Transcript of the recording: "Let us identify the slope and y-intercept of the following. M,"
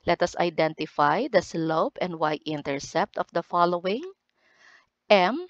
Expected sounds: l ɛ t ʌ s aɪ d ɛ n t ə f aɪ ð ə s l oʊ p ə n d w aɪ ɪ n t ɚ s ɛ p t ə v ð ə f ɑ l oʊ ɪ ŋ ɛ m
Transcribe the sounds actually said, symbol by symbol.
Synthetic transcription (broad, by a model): l ɛ t ʌ s aɪ d ɛ n t ə f aɪ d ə s l oʊ p ə n d w aɪ ɪ n t ɚ s ɛ p t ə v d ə f ɑ l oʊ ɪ ŋ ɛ m